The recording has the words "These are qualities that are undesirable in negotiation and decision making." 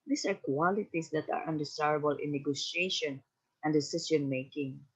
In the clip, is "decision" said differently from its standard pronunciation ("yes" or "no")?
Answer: yes